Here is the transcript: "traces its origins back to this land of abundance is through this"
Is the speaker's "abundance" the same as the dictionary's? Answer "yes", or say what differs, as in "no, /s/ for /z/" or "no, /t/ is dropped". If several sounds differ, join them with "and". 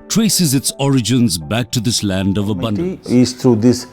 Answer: no, /s/ is dropped